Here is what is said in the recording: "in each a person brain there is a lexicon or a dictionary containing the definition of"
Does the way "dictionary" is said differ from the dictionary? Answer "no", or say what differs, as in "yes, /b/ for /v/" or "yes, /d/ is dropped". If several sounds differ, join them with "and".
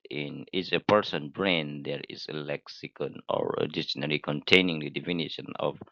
yes, /k/ is dropped